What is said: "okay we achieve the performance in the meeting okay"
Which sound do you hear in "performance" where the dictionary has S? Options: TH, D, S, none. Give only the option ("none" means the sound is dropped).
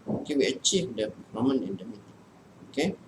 none